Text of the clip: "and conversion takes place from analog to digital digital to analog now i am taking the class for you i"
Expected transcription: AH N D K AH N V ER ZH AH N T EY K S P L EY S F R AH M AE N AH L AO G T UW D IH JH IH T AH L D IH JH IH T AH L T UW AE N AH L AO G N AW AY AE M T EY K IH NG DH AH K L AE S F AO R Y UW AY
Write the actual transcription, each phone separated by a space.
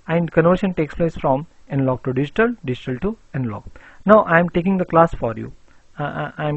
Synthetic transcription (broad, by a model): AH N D K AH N AO SH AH N T EY K S P L EY S F R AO M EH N L AO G T UW D IH JH IH T AH L D IH JH IH T AH L T UW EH N L AO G N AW AY M T EY K IH NG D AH K L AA S F AO R Y UW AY